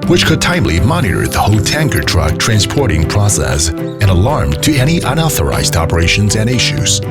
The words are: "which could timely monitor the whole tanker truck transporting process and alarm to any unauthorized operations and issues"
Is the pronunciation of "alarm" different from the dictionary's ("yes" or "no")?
no